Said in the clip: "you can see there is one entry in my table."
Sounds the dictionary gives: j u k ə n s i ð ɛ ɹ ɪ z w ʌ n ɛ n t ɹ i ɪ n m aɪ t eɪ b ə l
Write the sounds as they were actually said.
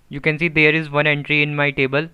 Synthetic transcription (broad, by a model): j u k ə n s i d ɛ ɹ ɪ z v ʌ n ɛ n t ɹ i ɪ n m aɪ t eɪ b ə l